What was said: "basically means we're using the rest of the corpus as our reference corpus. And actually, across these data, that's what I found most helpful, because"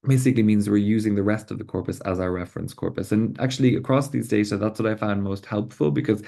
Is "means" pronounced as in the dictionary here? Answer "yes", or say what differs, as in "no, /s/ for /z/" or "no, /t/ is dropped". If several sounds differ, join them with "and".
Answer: yes